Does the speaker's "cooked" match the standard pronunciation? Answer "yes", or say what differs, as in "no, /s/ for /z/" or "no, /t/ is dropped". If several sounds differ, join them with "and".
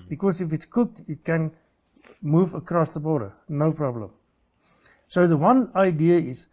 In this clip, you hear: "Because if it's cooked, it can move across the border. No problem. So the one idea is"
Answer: yes